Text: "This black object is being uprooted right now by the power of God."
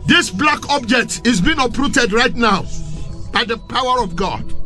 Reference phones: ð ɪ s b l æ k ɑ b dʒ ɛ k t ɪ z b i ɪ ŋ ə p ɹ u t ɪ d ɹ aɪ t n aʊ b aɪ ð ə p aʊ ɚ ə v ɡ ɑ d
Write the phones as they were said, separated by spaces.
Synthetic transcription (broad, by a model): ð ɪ s b l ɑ k ɑ b dʒ ɛ k t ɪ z b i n ə p ɹ u t ɪ d ɹ aɪ t n aʊ b aɪ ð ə p aʊ ɚ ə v ɡ ɑ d